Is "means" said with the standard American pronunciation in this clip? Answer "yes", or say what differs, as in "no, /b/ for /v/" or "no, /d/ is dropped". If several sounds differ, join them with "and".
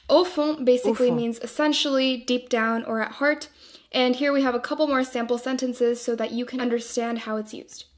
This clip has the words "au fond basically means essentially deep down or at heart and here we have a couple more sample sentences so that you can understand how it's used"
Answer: yes